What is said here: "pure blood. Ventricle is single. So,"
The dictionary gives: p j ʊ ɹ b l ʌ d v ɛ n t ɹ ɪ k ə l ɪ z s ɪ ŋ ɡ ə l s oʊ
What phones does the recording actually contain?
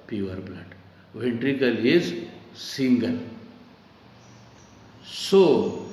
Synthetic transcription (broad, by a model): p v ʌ ɹ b l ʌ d v ɛ n t ɹ ɪ k ə l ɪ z s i ŋ ɡ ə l s oʊ